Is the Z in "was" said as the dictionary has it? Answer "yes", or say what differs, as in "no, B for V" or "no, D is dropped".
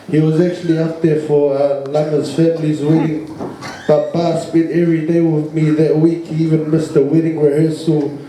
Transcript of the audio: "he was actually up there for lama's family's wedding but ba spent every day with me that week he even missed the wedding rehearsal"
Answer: yes